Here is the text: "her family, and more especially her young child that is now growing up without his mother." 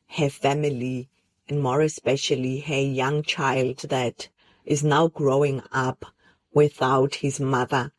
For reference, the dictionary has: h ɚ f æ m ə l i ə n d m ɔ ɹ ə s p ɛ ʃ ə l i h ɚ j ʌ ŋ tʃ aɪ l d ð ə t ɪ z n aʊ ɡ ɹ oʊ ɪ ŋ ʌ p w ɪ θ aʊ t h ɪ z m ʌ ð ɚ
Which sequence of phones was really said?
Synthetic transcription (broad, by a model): h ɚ f æ m ə l i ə n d m ɔ ɹ ə s p ɛ ʃ ə l i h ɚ j ʌ ŋ tʃ aɪ l d ð ə t ɪ z n aʊ ɡ ɹ oʊ ɪ ŋ ʌ p w ɪ θ aʊ t h ɪ z m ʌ ð ɚ